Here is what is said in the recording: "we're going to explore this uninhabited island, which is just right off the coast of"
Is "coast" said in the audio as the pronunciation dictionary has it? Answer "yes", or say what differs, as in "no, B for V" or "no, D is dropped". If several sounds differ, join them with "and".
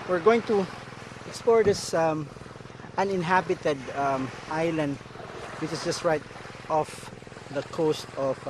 yes